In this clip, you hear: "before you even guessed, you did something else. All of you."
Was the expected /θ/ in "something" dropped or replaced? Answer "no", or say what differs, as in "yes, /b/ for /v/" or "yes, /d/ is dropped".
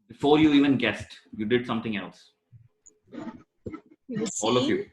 yes, /t/ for /θ/